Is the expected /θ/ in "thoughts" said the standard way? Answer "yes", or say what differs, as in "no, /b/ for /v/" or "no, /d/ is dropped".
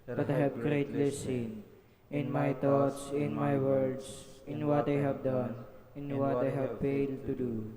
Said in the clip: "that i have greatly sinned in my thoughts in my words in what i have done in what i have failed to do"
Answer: no, /t/ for /θ/